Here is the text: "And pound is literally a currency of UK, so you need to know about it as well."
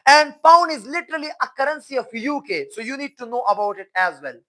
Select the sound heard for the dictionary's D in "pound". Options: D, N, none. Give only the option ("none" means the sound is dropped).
none